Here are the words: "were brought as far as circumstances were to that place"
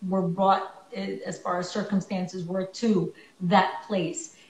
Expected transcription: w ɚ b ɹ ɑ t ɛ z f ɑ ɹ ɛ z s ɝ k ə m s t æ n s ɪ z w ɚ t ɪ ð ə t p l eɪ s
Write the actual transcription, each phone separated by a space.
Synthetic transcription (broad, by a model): w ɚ b ɹ ɑ t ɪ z f ɑ ɹ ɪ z s ɝ k ə m s t æ n s ɪ z w ɚ t ɪ ð ə t p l eɪ s